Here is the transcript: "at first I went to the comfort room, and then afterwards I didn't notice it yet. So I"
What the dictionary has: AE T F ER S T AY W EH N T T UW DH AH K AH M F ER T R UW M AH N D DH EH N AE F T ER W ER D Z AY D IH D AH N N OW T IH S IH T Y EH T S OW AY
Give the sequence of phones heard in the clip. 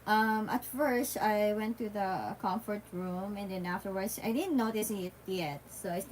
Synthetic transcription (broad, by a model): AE T F ER S T AY W EH N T T UW DH AH K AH M F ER T R UW M AH N D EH N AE F T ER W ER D S AY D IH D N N OW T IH S IH T Y EH T S OW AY